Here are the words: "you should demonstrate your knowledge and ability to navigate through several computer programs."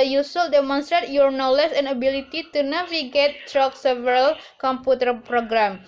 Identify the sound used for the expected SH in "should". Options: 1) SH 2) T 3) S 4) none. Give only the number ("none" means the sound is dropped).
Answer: 3